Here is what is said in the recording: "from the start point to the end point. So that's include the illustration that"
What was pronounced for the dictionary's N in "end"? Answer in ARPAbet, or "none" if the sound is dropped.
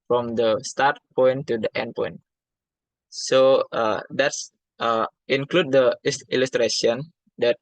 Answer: N